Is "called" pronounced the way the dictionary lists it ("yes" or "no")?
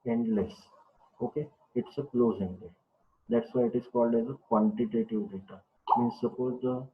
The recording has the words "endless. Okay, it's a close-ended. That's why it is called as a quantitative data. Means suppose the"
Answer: yes